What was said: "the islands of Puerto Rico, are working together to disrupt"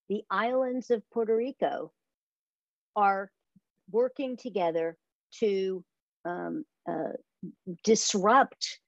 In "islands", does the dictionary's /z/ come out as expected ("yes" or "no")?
yes